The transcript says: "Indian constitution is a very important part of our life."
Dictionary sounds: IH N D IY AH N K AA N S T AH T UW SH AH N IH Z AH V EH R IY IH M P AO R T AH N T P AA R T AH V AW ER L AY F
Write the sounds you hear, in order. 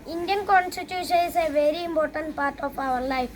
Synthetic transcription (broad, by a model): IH N D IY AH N K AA N S T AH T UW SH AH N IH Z AH V EH R IY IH M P AO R T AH N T P AA R T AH P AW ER L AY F